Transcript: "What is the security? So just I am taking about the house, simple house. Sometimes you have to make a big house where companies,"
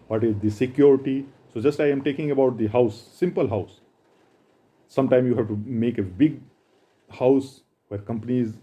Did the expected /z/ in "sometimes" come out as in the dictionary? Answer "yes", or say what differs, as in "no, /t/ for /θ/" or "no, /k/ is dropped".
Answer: no, /z/ is dropped